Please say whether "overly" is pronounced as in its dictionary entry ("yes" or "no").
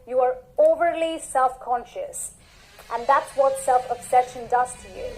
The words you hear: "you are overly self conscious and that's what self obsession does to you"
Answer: yes